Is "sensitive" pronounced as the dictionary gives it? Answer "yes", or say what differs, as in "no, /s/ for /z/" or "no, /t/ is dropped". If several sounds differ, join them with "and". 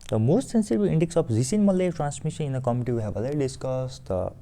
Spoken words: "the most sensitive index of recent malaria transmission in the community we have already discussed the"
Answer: no, /b/ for /v/